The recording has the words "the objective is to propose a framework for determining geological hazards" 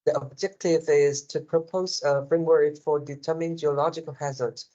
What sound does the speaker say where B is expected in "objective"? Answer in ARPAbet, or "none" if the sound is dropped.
B